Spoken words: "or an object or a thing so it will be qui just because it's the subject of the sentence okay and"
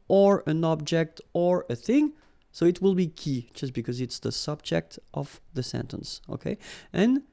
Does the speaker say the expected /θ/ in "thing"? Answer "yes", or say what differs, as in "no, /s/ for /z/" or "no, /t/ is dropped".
yes